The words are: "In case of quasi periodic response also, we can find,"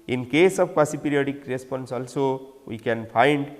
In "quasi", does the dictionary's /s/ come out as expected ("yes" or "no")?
yes